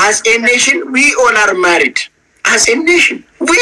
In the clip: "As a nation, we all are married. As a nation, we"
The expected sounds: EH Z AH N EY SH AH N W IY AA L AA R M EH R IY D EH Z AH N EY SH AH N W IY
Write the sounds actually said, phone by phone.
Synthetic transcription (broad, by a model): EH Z AH N EY SH AH N W IY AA N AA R M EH R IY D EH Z AH N EY SH AH N W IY